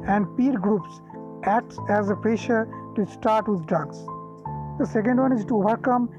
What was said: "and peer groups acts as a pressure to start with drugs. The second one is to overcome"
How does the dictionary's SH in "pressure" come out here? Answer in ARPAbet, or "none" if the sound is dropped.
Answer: SH